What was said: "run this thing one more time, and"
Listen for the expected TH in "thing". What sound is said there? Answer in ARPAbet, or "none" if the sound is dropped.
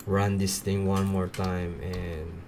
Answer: T